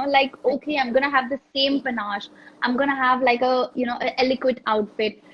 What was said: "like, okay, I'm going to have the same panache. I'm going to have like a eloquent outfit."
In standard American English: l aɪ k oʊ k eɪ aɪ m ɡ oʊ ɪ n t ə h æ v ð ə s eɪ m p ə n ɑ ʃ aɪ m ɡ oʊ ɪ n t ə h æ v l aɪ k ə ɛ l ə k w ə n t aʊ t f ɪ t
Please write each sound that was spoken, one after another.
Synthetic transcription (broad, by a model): l aɪ k oʊ k eɪ aɪ m ɡ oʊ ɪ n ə h æ v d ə s eɪ m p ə n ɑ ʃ aɪ m ɡ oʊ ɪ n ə h æ v l aɪ k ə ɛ l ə k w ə t aʊ t f ɪ t